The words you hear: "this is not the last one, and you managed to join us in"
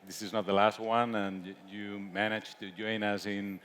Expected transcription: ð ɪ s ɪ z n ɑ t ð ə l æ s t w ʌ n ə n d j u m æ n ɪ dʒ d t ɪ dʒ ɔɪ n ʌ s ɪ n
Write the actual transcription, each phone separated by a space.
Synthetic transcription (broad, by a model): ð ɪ s ɪ z n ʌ t ð ə l æ s t w ʌ n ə n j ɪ m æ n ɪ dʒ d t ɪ dʒ ɔɪ n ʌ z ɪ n